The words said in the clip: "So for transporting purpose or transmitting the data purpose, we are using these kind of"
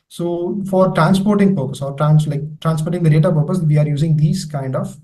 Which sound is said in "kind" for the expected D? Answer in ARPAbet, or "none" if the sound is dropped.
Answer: D